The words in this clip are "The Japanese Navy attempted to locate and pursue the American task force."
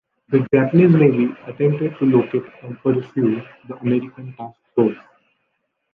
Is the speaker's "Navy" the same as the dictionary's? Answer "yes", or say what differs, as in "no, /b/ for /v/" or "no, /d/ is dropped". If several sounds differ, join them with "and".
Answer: no, /b/ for /v/